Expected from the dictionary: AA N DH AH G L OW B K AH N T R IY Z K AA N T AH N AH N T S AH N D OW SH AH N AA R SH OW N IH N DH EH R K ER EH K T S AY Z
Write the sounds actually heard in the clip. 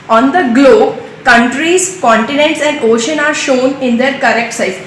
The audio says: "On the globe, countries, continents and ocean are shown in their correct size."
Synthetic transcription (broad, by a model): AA N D AH G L OW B K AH N T R IY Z K AA N T AH N AH N T S AH N D OW SH AH N AA R SH OW N IH N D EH R K ER EH K T S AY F